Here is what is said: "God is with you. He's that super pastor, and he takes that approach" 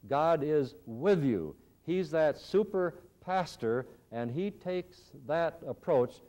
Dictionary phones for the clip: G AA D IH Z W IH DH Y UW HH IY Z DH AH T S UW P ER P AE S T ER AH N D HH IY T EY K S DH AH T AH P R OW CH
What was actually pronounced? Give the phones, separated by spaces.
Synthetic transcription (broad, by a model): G AA D IH Z W IH DH Y UW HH IY Z DH AH T S UW P ER P AE S T ER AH N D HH IY T EY K S DH AH T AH P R OW CH